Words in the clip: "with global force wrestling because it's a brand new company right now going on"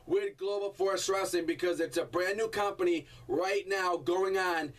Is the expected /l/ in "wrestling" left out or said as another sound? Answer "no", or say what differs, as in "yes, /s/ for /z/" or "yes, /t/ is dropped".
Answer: yes, /l/ is dropped